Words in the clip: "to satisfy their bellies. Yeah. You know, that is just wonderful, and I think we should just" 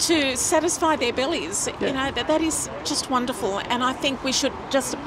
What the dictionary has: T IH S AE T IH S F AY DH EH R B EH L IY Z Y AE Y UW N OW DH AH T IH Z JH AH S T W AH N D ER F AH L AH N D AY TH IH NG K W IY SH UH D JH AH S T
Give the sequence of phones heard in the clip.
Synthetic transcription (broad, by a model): T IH S AE T IH S F AY DH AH R B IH L IY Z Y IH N OW DH AH T IH Z JH AH S T W AH N D ER F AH L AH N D AY TH IH NG K W IY SH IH D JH AH S T